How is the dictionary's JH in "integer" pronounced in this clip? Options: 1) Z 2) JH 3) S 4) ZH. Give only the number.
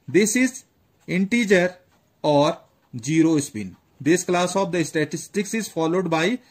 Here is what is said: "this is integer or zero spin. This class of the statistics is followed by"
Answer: 2